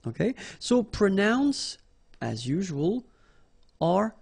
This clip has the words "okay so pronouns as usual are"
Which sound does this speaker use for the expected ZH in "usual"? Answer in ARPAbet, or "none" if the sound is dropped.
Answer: ZH